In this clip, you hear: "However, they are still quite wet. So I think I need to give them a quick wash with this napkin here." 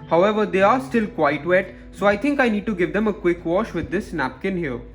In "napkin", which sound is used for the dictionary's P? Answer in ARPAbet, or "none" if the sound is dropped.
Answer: P